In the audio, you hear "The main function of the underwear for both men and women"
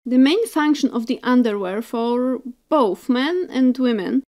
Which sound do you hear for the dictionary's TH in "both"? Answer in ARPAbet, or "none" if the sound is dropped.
TH